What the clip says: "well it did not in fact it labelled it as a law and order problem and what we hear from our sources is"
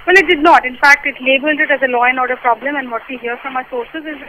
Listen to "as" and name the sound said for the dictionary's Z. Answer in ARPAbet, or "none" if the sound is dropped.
Z